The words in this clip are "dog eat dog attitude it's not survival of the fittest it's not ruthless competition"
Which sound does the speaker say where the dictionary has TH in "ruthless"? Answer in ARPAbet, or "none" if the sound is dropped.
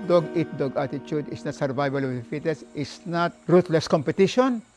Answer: T